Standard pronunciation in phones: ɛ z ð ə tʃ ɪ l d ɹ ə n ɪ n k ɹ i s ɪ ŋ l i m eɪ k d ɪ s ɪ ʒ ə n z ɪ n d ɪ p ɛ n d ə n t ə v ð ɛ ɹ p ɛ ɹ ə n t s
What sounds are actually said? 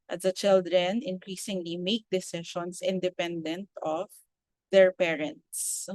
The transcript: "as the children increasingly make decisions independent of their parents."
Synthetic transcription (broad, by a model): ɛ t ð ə tʃ ɪ l d ɹ ə n ɪ n k ɹ i s ɪ ŋ l i m eɪ k d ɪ s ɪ ʃ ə n s ɪ n d ɪ p ɛ n d ə n t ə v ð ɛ ɹ p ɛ ɹ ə n t s